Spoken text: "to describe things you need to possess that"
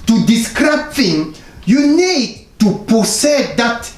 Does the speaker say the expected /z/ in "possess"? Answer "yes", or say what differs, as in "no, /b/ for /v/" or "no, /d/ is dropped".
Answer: no, /s/ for /z/